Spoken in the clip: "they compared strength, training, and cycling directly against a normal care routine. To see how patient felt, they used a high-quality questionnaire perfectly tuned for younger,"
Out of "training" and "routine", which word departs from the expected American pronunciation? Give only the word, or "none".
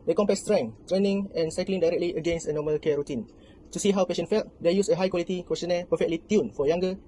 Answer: none